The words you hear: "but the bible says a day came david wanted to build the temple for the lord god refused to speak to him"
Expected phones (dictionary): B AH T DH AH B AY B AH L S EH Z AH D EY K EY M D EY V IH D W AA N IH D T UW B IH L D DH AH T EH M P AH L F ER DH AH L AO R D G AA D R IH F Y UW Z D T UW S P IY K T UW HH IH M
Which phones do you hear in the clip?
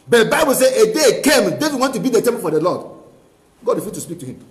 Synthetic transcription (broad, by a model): B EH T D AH B AY B AH L S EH AH D EY K EY M D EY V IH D W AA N T UW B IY D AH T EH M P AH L F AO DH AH L AO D G AA D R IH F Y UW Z T UW S P IY K T UW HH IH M